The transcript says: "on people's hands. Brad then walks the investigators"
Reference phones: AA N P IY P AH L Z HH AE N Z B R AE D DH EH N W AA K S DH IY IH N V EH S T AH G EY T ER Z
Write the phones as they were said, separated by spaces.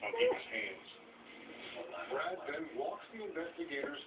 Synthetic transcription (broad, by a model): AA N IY AH Z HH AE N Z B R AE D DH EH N W AA K S DH IY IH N V EH S T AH G EY T ER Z